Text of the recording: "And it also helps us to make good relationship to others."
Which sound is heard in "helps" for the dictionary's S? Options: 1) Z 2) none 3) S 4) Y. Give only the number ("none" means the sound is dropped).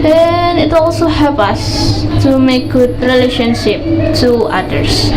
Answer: 2